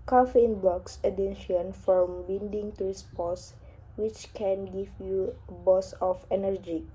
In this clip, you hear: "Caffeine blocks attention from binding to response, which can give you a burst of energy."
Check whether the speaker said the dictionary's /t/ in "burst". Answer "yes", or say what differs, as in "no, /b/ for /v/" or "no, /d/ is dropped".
no, /t/ is dropped